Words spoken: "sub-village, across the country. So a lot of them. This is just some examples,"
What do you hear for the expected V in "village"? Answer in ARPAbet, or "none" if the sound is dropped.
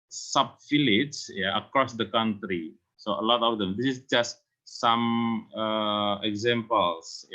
F